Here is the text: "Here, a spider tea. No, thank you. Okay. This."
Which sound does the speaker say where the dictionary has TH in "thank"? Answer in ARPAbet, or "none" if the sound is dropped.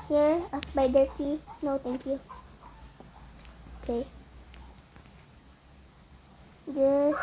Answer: T